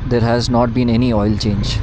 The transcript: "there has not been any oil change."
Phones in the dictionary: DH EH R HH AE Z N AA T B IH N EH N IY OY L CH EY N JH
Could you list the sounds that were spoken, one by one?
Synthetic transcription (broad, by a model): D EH R HH AE Z N AA T B IH N EH N IY OY L CH EY N JH